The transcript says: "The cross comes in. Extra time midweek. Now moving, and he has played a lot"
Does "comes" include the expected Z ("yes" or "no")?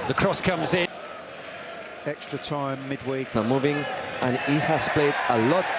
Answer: yes